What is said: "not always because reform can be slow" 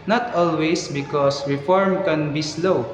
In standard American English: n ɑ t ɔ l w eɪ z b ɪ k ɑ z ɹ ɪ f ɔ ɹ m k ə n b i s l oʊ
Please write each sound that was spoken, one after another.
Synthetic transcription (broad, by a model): n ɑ t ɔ l w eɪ s b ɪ k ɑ s ɹ ɪ f ɔ ɹ m k ə n b i s l oʊ